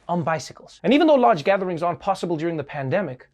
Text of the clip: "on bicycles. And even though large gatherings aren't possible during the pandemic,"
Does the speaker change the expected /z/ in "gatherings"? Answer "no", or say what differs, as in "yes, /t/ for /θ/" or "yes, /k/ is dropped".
no